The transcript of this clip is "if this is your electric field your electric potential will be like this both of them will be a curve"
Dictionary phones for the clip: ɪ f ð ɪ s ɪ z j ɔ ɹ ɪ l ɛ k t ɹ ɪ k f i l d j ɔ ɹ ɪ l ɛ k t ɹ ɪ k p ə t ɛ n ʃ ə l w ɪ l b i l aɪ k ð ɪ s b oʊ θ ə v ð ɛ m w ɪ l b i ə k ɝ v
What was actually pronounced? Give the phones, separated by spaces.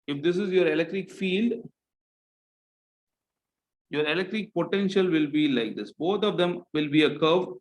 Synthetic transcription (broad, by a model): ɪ f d ɪ s ɪ z j ɔ ɹ ɪ l ɛ k t ɹ ɪ k f i l d j ɔ ɹ ɪ l ɛ k t ɹ ɪ k p ə t ɛ n ʃ ə l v ɪ l b i l aɪ k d ɪ s b oʊ t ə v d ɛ m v ɪ l b i ə k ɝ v